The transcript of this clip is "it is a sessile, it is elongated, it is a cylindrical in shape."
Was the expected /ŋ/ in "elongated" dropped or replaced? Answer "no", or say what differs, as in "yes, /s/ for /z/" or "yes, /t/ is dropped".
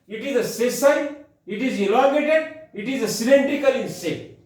yes, /ŋ/ is dropped